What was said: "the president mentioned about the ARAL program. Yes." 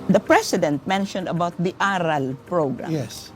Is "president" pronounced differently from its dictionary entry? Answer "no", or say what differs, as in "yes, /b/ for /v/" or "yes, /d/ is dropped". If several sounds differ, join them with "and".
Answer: yes, /s/ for /z/